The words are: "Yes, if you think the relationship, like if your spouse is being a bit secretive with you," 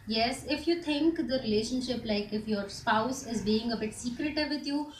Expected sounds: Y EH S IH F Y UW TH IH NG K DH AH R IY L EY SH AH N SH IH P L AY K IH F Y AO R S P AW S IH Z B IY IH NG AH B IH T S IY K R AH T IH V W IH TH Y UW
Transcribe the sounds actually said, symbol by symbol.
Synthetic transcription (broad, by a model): Y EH S IH F Y UW T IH NG K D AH R IY L EY SH AH N SH IH P L AY K IH F Y AO R S P AW S IH Z B IY IH NG AH B IH T S IY K R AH T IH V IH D Y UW